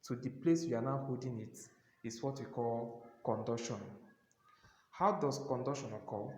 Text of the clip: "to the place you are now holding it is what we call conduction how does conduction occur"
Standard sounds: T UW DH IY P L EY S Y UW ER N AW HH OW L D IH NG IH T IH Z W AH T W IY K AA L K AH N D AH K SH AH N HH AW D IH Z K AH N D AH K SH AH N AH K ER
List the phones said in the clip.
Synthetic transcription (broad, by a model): T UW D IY P L EY S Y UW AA N AW HH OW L D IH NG IH T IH S W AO T W IY K AA L K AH N D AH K SH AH N HH AW D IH S K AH N D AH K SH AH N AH K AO